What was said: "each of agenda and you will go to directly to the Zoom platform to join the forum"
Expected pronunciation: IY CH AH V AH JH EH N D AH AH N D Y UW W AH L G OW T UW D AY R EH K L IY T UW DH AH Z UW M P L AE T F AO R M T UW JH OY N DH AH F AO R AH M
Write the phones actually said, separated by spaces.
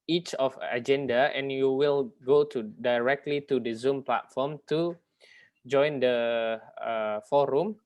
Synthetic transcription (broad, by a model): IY CH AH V AH JH EH N D AH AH N Y UW W AH L G OW T UW D AY R EH K L IY T UW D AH Z UW M P L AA T F AO M T UW JH OY N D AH F AO R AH M